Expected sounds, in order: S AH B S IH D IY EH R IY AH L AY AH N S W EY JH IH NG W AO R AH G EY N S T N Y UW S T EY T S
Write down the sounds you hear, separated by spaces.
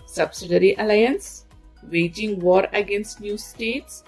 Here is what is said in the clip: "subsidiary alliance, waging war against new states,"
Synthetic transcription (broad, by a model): S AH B S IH D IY R IY AH L AY AH N S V EY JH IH NG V AO R AH G EY N S T N Y UW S T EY T S